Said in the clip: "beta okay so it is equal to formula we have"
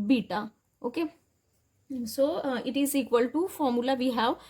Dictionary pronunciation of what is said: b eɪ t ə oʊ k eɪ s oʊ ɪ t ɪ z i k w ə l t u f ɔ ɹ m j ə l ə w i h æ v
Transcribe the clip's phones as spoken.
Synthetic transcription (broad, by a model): b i t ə oʊ k eɪ s oʊ ɪ t ɪ z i k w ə l t u f ɔ ɹ m j ə l ə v i h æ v